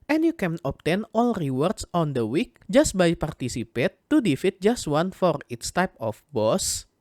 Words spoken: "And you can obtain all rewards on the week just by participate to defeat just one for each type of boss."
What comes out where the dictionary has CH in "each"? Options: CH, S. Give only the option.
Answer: S